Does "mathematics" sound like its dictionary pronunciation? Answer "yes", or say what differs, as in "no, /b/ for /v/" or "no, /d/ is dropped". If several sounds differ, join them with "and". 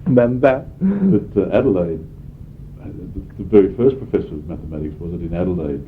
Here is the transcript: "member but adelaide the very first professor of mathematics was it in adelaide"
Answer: yes